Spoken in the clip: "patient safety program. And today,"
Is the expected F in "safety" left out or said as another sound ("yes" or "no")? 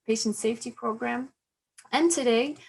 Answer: no